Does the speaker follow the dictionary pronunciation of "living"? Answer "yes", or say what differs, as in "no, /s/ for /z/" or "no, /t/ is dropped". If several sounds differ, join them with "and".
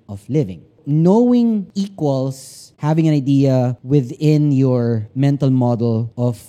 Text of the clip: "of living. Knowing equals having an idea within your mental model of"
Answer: yes